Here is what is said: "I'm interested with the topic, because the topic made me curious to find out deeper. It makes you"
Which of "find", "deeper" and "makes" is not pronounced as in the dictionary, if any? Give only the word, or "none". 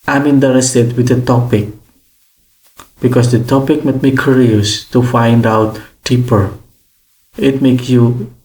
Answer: none